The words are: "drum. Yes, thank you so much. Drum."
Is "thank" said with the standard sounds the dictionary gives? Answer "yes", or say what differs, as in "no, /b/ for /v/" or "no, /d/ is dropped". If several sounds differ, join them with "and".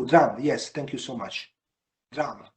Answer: no, /t/ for /θ/